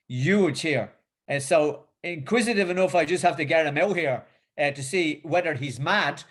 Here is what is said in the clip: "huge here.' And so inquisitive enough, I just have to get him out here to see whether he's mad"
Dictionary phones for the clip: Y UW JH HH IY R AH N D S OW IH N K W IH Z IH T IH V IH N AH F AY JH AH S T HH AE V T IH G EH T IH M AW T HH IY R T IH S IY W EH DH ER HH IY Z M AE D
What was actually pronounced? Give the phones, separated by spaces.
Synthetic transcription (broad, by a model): Y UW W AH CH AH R S OW IH N K W IH Z IH T IH V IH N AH F AY JH AH S T HH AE F T IH G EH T IH M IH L HH IY R T IH S IY W EH DH ER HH IY Z M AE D